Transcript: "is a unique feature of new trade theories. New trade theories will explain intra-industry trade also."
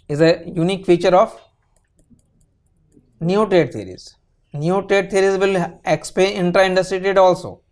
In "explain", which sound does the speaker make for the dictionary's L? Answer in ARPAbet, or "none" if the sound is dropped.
none